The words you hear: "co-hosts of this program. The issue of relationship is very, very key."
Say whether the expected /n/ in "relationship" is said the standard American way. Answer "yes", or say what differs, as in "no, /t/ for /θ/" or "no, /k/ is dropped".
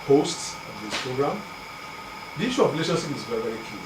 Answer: no, /n/ is dropped